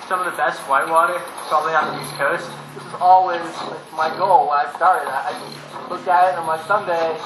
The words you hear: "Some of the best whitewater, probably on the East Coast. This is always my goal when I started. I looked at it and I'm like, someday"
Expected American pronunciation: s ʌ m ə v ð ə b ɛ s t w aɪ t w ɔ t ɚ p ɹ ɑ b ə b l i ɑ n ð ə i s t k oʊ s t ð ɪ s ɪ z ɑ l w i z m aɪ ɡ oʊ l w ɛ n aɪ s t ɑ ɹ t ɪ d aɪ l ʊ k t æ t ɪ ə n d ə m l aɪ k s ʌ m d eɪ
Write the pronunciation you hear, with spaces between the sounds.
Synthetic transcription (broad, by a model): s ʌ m ə v ð ə b ɛ s t w aɪ t w ɔ t ɚ p ɹ ɑ b ə b l i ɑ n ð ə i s k oʊ s t ð ɪ s ɪ z ɑ l w i z m aɪ ɡ oʊ l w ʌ aɪ s t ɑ ɹ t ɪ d aɪ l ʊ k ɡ ɪ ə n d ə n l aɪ s ʌ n d eɪ